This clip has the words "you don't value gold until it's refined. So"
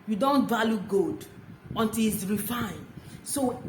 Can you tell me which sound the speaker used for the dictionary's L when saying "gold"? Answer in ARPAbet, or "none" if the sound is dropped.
none